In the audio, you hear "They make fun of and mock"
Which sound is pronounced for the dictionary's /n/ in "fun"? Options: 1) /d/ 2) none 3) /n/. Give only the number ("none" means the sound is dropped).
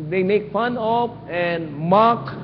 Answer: 3